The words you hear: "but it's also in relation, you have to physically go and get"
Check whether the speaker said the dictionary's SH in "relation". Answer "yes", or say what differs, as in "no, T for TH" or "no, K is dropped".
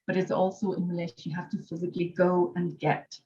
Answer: no, SH is dropped